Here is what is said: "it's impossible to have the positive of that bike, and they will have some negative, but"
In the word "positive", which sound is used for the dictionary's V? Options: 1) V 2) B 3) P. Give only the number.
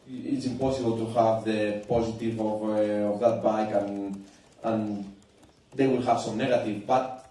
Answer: 1